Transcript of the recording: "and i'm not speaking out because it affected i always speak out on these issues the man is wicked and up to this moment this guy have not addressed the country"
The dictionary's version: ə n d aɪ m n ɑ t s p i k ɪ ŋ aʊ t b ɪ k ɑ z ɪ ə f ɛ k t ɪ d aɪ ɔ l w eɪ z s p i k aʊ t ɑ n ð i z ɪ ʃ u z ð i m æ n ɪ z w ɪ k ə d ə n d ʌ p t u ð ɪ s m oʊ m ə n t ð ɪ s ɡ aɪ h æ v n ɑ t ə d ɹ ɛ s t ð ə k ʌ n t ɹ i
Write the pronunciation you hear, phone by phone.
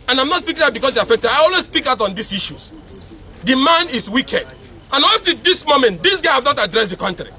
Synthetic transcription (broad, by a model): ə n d aɪ m n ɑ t s p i k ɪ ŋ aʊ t b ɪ k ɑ s ɪ ə f ɛ k t ɪ d aɪ ɔ l w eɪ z s p i k aʊ t ɑ n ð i s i ʃ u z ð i m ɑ n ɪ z w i k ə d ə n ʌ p t u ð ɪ s m oʊ m ə n t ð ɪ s ɡ aɪ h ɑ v n ɑ t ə d ɹ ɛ s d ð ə k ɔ n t ɹ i